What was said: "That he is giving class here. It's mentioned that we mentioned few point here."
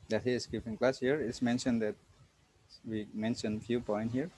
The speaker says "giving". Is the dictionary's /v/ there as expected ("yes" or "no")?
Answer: no